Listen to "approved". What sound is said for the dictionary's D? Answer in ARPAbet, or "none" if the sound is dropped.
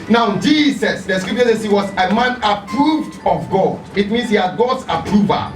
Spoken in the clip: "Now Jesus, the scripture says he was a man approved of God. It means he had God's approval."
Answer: D